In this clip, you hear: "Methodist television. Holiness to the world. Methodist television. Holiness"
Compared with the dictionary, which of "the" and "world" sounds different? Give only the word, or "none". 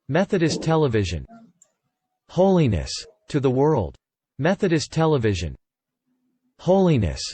none